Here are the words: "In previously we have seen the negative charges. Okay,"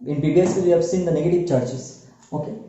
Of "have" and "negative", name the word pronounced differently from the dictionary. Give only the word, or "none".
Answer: none